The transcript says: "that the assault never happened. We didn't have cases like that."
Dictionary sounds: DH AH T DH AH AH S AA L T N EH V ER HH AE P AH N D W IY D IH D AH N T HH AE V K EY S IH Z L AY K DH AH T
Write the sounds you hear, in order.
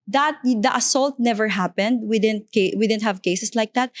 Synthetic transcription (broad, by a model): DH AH T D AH AH S AA L T N EH V ER HH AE P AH N D W IY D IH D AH N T HH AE V K EY S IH S L AY K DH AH T